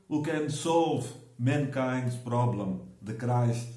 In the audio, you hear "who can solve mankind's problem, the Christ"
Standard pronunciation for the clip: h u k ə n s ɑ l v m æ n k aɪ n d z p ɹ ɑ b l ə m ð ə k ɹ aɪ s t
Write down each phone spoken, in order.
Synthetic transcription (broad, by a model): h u k ə n s ɑ l v m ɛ n k aɪ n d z p ɹ ɑ b l ə m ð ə k ɹ aɪ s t